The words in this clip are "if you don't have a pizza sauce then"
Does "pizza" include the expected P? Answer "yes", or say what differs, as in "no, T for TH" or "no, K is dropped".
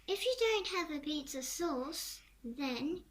no, B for P